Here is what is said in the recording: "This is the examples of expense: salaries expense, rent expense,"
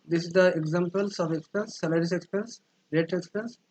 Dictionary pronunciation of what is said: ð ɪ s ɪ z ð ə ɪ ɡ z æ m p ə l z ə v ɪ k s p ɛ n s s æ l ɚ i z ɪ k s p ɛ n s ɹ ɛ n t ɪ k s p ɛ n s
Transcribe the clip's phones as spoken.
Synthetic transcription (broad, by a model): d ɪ s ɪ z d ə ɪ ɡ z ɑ m p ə l s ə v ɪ k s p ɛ n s s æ l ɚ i s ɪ k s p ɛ n s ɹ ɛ t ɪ k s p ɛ n s